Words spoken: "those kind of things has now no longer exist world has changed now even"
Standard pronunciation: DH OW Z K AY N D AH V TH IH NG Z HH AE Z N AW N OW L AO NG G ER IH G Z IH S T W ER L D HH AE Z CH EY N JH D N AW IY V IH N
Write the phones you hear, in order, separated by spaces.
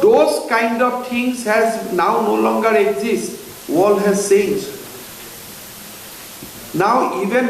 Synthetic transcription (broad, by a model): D OW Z K AY N D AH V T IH NG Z HH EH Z N AW N OW L AO NG G ER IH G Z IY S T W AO L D HH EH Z S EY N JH N AW IY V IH N